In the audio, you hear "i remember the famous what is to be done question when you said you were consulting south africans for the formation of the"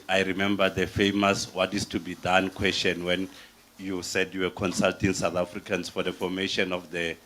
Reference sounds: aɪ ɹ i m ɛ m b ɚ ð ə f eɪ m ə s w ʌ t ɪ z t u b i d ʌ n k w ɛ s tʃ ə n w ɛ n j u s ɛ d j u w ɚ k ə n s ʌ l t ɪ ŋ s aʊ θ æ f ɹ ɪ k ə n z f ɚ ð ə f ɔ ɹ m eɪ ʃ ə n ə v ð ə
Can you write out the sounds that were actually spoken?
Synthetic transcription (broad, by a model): aɪ ɹ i m ɛ m b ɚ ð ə f eɪ m ə s w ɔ t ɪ s t u b i d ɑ n k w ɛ s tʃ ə n w ɛ n j u s ɛ d j u w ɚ k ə n s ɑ l t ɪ ŋ s aʊ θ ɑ f ɹ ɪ k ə n s f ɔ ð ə f ɔ m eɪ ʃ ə n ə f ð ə